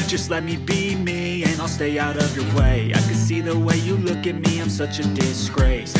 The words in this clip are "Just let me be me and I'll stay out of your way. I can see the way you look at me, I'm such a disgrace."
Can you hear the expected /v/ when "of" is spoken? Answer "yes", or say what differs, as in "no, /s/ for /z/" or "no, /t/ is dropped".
yes